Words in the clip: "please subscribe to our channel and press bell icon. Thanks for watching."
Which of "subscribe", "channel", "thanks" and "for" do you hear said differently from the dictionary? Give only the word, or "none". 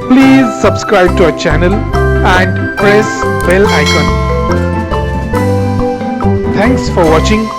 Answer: thanks